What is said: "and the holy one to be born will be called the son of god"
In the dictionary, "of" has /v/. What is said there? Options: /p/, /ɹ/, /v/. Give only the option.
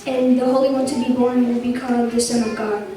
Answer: /v/